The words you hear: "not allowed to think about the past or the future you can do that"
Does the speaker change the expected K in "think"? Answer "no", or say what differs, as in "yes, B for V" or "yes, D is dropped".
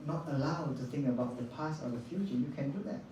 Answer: no